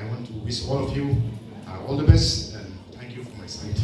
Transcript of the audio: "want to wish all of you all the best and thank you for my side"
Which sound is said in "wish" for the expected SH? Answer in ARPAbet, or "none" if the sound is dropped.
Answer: S